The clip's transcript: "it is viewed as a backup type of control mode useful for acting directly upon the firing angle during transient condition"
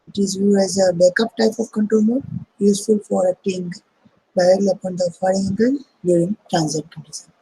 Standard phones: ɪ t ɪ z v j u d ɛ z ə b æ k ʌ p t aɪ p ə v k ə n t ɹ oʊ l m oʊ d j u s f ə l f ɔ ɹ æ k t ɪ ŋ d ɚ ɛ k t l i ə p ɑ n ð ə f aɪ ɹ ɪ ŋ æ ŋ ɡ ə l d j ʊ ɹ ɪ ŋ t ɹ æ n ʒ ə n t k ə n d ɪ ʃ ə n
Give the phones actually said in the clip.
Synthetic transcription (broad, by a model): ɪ t ɪ z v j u ɛ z ə b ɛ k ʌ p t aɪ p ə v k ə n t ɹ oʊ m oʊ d j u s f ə l f ɔ ɹ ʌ t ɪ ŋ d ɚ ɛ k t l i ə p ɑ n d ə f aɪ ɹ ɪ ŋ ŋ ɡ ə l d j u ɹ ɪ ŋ t ɹ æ n z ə t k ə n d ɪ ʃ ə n